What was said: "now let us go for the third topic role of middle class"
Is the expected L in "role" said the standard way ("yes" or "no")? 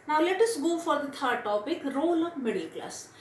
yes